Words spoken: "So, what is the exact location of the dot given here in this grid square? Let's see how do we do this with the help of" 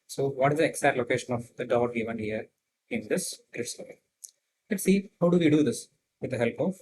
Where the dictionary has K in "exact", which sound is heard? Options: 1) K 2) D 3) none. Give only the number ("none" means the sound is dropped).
3